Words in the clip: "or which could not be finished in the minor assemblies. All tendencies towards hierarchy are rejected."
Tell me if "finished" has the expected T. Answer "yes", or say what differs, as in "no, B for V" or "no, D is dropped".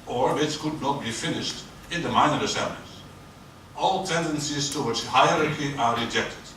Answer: yes